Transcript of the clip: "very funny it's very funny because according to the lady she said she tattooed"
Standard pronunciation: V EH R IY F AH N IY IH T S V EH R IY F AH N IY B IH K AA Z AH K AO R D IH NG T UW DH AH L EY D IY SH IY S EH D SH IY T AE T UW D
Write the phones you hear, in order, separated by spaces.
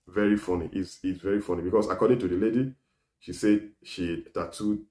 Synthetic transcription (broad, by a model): V EH R IY F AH N IY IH S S V EH R IY F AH N IY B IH K AA S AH K AO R D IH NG T UW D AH L EY D IY SH IY S EH D SH IY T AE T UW